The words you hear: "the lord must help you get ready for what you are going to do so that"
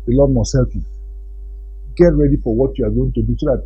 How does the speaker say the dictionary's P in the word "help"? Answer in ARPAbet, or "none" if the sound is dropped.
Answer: F